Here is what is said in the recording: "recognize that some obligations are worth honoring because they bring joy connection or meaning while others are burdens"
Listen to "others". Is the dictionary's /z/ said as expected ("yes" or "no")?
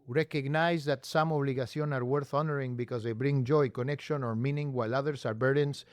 no